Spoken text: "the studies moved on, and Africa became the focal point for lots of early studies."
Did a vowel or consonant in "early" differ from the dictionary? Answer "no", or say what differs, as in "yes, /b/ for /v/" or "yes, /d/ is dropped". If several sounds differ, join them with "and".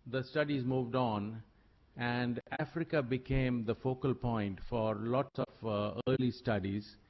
no